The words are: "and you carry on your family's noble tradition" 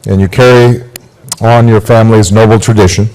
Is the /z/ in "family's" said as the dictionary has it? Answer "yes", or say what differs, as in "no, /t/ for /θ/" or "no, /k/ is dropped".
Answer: yes